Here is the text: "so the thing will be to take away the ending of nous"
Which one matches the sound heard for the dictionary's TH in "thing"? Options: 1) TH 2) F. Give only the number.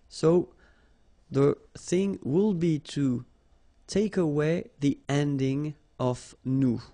1